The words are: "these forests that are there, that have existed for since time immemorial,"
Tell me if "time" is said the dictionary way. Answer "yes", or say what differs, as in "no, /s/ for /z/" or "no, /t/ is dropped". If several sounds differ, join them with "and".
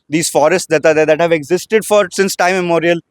no, /m/ is dropped